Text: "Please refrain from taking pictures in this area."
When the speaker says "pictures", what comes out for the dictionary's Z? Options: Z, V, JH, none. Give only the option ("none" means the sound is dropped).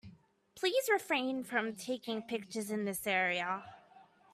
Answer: Z